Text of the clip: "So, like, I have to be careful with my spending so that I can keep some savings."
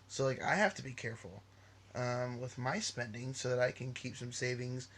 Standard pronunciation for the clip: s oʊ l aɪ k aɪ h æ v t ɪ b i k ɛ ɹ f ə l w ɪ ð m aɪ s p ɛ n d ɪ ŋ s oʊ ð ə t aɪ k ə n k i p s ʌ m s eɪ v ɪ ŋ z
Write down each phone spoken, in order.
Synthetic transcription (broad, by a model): s oʊ l aɪ k aɪ h æ f t ɪ b i k ɛ ɹ f ə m w ɪ ð m aɪ s p ɛ n d ɪ ŋ s oʊ ð ə t aɪ k ə n k i p s ʌ m s eɪ v ɪ ŋ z